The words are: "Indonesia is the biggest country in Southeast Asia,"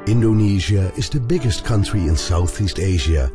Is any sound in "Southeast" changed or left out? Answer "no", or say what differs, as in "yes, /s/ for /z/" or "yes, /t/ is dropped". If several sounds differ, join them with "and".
no